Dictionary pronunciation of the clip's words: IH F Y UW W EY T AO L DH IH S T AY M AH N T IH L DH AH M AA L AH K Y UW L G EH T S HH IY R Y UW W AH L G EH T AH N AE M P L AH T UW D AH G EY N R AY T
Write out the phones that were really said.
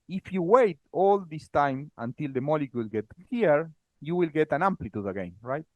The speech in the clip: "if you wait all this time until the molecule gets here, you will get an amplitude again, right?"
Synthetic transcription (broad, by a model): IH F Y UW W EY T AO L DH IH S T AY M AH N T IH L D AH M AA L AH K Y UW L G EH T HH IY R Y UW W AH L G EH T AH N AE M P L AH T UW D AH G EY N R AY T